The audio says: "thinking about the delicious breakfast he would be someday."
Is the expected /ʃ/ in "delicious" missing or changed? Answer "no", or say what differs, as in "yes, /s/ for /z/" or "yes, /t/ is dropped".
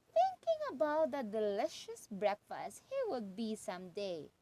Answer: no